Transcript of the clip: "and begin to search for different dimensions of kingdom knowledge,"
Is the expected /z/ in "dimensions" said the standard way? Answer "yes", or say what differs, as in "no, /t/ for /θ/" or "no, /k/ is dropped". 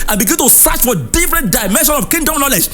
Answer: no, /z/ is dropped